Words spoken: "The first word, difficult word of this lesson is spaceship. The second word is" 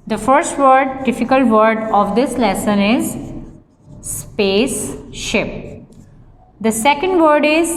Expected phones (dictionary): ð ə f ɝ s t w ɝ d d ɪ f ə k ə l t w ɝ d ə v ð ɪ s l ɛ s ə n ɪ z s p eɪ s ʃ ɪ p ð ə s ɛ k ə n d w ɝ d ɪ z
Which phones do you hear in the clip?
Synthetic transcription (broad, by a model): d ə f ɝ s t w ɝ d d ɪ f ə k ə l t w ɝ d ə v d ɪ s l ɛ s ə n ɪ z s p eɪ s ʃ ɪ p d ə s ɛ k ə n d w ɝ d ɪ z